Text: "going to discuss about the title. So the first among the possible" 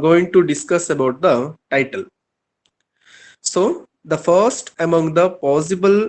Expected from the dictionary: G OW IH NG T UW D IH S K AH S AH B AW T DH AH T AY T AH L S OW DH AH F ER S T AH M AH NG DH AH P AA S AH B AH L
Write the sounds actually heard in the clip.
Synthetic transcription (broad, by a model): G OW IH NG T UW D IH S K AH S AH B AW T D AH T AY T AH L S OW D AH F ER S T AH M AH NG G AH P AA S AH B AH L